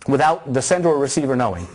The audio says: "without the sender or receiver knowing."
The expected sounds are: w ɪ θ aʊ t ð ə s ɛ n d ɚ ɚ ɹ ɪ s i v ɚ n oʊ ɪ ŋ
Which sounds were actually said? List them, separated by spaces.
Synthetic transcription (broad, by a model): w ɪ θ aʊ t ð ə s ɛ n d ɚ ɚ ɹ ɪ s i v ɚ n oʊ ɪ ŋ